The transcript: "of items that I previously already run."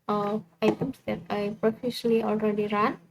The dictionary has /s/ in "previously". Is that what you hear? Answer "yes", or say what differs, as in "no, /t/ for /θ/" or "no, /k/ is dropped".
no, /s/ is dropped